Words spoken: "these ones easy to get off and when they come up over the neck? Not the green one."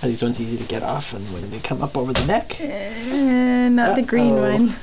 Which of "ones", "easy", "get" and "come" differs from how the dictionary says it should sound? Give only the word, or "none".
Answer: ones